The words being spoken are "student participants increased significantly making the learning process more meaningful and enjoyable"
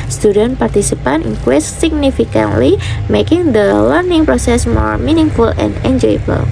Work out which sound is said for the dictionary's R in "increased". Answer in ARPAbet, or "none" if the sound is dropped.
W